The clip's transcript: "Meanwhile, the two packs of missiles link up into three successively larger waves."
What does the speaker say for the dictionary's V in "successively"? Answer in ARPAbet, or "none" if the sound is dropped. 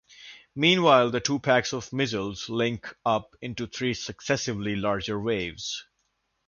V